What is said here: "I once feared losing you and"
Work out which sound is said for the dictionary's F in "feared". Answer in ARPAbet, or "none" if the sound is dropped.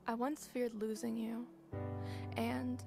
F